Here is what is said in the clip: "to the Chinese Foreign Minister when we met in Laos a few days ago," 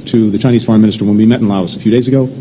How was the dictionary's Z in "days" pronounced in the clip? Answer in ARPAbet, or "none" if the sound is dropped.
Z